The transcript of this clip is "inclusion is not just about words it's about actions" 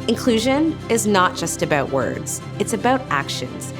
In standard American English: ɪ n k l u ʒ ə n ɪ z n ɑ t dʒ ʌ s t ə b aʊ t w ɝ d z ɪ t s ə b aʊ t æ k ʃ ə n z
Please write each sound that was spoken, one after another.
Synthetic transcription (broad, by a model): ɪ n k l u ʒ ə n ɪ z n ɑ t dʒ ʌ s t ə b aʊ t w ɝ d z ɪ t s ə b aʊ t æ k ʃ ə n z